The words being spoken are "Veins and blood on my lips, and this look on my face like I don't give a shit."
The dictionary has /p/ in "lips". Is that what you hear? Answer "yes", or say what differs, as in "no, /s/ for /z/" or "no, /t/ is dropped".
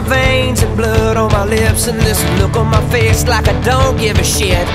yes